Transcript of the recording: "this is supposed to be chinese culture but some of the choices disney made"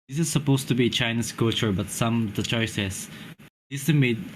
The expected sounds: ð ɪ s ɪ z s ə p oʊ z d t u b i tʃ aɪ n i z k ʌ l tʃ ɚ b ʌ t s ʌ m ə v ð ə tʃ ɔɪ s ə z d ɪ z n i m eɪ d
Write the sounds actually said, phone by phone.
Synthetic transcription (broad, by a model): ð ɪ s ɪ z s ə p oʊ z t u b i tʃ aɪ n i s k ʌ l tʃ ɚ b ʌ t s ʌ m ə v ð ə tʃ ɔɪ s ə s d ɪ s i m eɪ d